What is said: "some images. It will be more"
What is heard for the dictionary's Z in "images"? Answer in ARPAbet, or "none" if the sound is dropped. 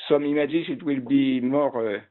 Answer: S